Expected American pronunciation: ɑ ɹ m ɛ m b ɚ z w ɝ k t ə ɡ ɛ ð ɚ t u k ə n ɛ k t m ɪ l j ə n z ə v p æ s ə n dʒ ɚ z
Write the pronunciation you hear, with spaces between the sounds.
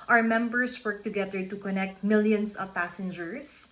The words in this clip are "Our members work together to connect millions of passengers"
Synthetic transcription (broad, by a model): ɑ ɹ m ɛ m b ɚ s w ɝ k t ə ɡ ɛ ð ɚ t u k ə n ɛ k t m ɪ l j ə n s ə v p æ s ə n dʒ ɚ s